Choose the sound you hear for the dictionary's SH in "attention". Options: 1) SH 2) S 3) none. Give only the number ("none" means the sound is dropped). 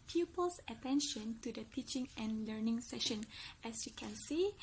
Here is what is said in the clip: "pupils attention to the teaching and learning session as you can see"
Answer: 1